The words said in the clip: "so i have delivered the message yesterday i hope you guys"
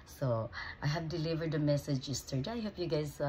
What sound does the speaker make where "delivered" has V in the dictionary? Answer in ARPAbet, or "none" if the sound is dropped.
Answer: V